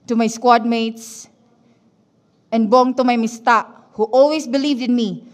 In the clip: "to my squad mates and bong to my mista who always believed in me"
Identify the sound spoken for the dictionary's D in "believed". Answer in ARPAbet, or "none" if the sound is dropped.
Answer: D